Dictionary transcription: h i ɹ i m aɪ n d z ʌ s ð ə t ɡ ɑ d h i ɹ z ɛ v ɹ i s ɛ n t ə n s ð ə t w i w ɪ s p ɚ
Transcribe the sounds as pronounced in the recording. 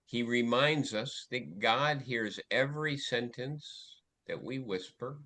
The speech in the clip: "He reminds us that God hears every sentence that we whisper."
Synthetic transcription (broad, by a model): h i ɹ i m aɪ n d z ʌ s ð ə t ɡ ɑ d h i ɹ z ɛ v ɹ i s ɛ n t ə n s ð ə t w i w ɪ s p ɚ